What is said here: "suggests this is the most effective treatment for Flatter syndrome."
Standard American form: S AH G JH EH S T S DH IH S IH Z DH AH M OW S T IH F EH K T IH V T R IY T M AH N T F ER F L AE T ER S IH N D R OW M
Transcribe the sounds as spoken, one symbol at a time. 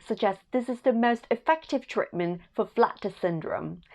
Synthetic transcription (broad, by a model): S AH G JH EH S S DH IH S IH Z DH AH M OW S T IH F EH K T IH V T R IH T M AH N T F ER F L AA T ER S IH N D R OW M